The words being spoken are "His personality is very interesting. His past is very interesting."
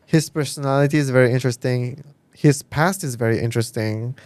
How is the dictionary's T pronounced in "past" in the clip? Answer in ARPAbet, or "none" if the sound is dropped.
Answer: T